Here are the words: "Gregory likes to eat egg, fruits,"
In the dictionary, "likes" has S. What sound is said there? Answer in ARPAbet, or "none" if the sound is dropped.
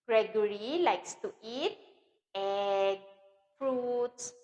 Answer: S